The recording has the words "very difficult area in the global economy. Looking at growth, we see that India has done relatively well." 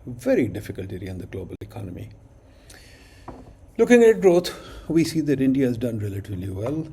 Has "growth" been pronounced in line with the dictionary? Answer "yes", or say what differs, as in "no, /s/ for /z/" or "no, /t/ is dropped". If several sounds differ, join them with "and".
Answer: no, /t/ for /θ/